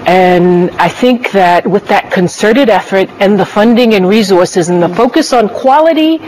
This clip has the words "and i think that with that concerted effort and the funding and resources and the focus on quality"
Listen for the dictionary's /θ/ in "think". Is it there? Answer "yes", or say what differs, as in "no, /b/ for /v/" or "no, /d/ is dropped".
yes